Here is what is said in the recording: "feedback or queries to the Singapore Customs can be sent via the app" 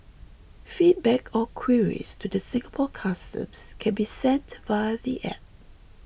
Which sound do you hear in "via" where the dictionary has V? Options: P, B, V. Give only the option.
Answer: B